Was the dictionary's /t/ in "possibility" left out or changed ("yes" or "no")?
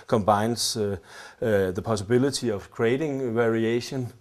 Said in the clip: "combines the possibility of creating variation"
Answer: yes